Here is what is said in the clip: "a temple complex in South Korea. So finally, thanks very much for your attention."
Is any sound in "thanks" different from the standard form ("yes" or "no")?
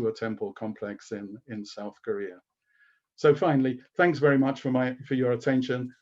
no